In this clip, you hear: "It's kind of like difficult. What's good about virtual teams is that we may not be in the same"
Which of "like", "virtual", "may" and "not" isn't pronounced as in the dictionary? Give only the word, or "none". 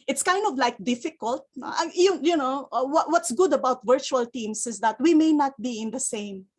none